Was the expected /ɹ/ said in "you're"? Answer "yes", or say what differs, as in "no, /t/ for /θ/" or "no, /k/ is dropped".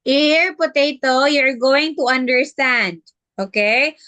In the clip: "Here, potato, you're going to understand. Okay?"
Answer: yes